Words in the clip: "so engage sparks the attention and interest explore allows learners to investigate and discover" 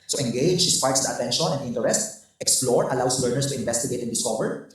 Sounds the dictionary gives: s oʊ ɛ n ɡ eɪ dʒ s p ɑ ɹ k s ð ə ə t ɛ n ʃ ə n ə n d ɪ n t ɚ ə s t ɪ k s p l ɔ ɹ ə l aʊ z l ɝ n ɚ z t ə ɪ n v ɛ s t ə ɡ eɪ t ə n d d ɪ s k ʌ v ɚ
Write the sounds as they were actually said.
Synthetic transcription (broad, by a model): s oʊ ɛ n ɡ eɪ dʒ s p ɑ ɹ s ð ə ə t ɛ n ʃ ə n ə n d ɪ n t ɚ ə s t ɪ k s p l ɔ ɹ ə l aʊ s l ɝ n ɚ s t ə ɪ n v ɛ s t ə ɡ eɪ t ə n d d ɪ s k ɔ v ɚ